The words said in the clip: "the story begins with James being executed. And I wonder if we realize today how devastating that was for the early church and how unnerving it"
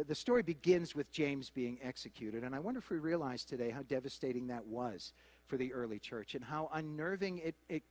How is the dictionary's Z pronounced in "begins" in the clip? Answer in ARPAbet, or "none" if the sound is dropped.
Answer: Z